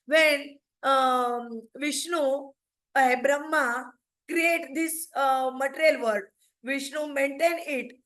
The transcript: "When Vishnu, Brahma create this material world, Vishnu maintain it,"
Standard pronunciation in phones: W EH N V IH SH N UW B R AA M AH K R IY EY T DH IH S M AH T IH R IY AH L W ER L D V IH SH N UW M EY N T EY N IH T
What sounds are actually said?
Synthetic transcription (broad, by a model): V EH N V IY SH N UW B R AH M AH K R IY EY T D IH S M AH T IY R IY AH L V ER D V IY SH N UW M EY N T EY N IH T